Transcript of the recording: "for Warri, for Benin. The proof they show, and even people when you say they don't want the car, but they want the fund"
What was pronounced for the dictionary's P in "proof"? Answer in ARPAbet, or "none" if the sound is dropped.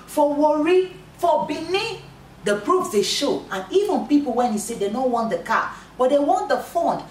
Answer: B